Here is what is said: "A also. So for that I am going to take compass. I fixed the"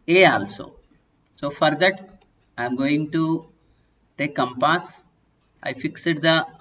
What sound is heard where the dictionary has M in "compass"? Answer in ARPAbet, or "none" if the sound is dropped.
M